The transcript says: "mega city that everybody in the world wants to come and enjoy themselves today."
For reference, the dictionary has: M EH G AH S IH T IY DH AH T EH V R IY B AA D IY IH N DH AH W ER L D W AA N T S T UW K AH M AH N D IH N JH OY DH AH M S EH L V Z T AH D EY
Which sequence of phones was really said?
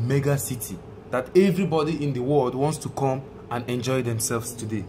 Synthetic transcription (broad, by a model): M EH G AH S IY T IY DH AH T EH V R IY B AA D IY IH N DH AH W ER L D W AA N T S T UW K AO M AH N IH N JH OY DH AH M S EH L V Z T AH D EY